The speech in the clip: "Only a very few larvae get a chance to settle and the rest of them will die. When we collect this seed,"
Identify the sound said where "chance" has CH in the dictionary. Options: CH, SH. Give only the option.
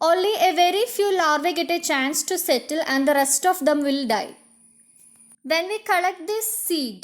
CH